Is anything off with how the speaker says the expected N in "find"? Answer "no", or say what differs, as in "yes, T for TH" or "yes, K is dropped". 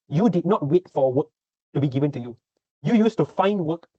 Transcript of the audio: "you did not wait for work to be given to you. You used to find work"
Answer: no